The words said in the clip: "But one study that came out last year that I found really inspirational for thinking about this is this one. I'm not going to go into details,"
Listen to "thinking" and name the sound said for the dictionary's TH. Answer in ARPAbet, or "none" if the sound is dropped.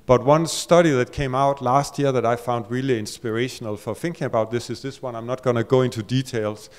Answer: TH